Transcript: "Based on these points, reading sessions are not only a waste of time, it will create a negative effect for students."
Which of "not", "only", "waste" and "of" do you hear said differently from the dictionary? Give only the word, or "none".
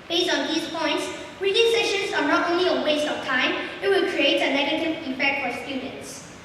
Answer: of